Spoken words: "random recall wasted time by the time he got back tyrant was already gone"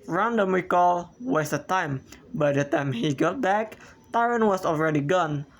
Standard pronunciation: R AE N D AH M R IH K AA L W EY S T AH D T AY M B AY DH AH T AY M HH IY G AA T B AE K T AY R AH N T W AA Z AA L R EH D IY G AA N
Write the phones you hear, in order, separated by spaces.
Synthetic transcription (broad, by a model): R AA N D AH M W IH K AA L W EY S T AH T AY M B AY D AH T AY M HH IY G AA T B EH K T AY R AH N W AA S AA L R EH D IY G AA N